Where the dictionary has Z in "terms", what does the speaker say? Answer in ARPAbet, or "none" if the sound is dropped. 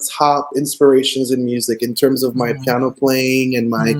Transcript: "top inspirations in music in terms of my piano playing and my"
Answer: Z